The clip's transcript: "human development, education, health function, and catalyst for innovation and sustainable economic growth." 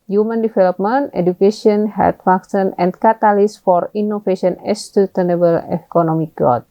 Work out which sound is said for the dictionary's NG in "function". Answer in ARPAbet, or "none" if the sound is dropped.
none